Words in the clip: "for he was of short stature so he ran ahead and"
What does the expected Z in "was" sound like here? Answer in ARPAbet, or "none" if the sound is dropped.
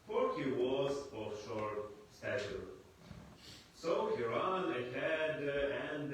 Z